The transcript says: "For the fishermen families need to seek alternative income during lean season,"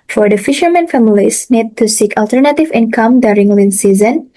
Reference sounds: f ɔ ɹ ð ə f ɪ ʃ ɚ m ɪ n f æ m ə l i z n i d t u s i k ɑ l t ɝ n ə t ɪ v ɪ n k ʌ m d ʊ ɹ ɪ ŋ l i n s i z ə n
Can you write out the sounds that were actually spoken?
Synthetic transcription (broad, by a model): f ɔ ɹ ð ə f ɪ ʃ ɚ m ɪ n f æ m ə l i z n i d t u s i k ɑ l t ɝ n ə t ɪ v ɪ n k ʌ m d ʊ ɹ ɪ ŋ l i n s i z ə n